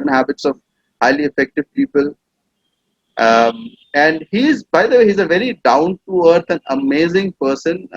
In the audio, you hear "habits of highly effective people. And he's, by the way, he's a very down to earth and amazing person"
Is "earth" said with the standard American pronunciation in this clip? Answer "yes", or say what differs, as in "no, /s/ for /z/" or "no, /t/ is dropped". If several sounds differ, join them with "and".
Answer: no, /t/ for /θ/